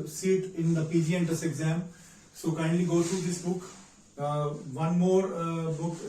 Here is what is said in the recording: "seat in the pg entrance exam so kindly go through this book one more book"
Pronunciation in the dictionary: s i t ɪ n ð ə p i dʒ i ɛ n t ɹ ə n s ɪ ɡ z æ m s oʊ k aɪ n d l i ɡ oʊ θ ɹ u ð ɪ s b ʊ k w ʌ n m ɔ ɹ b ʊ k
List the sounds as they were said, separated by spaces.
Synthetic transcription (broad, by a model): s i t ɪ n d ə p i dʒ i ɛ n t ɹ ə s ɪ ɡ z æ m s oʊ k aɪ n d l i ɡ oʊ t ɹ u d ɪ s b ʊ k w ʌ n m ɔ ɹ b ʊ k